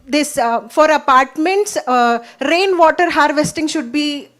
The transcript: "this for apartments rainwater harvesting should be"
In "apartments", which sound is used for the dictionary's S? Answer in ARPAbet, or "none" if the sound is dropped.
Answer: S